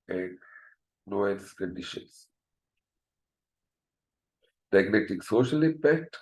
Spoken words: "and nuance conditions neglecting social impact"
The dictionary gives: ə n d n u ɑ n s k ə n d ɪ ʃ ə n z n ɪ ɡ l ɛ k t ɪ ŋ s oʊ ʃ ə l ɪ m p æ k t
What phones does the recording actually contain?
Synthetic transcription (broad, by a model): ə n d n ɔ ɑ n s k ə n d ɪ ʃ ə n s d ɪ ɡ n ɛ t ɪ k s oʊ ʃ ə l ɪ m p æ k t